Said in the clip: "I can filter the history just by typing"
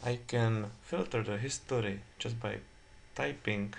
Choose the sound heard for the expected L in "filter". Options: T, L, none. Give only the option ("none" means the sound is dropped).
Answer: L